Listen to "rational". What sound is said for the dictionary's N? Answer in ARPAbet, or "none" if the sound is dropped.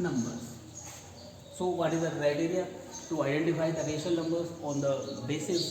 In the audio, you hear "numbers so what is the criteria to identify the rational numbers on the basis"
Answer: none